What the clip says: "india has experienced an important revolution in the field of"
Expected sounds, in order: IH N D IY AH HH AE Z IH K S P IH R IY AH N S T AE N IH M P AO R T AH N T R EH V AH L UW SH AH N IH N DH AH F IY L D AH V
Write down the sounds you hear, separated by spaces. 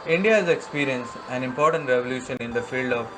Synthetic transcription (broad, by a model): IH N D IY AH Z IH K S P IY R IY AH N S AE N IH M P AO R T AH N T R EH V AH L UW SH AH N IH N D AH F IY L D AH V